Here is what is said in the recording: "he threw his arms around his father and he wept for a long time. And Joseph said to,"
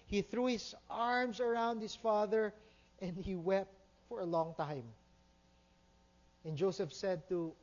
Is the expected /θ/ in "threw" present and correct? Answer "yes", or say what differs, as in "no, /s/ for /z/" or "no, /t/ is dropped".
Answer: yes